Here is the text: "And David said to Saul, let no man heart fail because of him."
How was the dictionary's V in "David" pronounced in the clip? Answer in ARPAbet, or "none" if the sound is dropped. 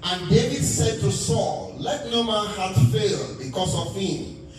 V